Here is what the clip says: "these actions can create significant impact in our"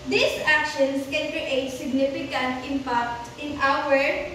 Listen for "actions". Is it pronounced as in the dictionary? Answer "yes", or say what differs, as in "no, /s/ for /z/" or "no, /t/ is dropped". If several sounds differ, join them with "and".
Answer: no, /s/ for /z/